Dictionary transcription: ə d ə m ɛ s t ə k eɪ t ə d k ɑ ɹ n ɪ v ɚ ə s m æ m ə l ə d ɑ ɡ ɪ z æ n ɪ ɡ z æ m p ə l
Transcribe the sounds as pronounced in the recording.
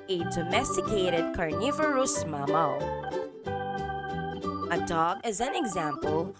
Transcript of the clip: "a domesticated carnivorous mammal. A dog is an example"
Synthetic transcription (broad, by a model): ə d ə m ɛ s t ə k eɪ t ə d k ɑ ɹ n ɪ v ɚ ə s m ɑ m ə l ə d ɑ ɡ ɪ z æ n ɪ ɡ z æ m p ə l